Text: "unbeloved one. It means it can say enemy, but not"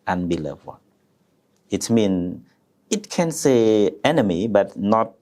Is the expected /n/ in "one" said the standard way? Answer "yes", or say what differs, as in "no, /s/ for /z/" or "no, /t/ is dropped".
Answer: no, /n/ is dropped